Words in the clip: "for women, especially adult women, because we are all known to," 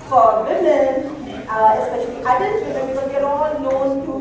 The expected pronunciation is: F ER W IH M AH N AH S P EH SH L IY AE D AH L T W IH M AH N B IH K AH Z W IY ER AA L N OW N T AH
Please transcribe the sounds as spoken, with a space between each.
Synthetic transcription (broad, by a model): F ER W IH M AH N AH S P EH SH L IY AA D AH N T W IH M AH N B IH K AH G ER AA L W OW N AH